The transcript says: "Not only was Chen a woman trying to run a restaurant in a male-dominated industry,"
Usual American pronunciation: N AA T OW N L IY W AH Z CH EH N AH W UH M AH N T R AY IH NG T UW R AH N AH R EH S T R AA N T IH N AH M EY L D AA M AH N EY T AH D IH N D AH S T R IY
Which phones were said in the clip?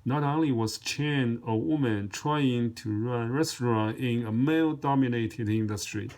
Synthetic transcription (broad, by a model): N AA T OW N L IY W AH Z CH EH N AH W UH M AH N T R AY IH NG T UW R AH AH R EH S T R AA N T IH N AH M EY L D AA M AH N EY T AH D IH N D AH S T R IY